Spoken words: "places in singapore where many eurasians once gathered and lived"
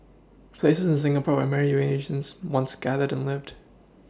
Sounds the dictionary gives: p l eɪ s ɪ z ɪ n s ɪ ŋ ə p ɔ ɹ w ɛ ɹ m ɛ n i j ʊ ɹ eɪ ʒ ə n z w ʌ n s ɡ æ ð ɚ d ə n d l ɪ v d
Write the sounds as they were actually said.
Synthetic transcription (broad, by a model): p l eɪ s ɪ z ɪ n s ɪ ŋ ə p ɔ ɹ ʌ m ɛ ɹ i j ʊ eɪ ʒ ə n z w ʌ n s ɡ æ ð ɚ d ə n l ɪ v d